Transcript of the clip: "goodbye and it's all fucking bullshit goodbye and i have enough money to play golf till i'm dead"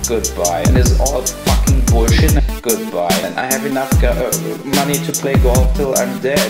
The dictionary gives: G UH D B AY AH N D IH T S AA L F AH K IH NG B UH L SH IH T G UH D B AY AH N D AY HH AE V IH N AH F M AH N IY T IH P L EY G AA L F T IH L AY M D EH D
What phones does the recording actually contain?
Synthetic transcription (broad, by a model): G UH D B AY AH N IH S AA L F AH K IH NG B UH SH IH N G UH D B AY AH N AY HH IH V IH N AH F M AH N IY T IH P L EY G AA L T IH L AY M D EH